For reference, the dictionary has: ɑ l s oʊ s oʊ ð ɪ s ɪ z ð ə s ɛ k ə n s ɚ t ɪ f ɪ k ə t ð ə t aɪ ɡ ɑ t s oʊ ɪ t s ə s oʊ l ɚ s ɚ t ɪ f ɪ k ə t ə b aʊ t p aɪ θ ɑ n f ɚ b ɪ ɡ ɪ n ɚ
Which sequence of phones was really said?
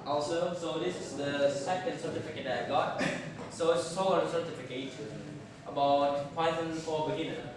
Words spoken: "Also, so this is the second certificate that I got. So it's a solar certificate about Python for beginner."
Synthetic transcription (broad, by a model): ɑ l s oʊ s oʊ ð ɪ s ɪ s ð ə s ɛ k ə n s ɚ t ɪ f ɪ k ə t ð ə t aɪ ɡ ɑ t s oʊ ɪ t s ə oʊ ɚ s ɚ t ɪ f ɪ k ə t ə b aʊ t f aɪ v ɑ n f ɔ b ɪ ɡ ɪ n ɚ